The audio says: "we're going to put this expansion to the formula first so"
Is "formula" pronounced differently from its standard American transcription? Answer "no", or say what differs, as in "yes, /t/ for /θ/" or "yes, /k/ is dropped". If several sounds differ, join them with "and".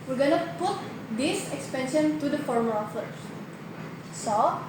yes, /l/ is dropped